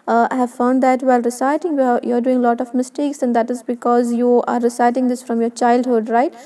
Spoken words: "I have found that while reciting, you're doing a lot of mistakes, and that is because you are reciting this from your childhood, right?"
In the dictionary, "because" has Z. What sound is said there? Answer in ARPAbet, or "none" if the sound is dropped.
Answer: Z